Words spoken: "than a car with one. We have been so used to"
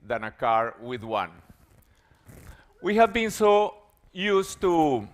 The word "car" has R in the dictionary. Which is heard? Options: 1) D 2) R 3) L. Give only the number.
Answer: 2